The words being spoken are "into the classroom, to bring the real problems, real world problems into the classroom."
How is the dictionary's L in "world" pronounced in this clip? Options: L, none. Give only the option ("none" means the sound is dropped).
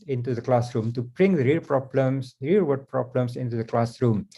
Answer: none